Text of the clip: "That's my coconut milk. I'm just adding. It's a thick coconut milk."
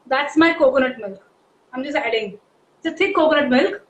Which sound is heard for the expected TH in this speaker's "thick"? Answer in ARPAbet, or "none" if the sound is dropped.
T